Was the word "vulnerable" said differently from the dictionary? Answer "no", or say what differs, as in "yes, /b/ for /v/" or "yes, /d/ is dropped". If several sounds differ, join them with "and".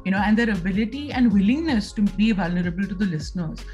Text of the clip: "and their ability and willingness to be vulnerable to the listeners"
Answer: no